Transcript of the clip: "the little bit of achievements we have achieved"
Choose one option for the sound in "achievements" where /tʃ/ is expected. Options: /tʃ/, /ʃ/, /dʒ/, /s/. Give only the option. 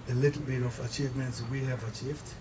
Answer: /tʃ/